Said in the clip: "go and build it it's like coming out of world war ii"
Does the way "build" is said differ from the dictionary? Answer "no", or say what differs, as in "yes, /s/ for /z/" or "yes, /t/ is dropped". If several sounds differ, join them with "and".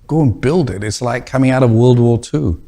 no